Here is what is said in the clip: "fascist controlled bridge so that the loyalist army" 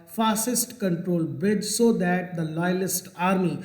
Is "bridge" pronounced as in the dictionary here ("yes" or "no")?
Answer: no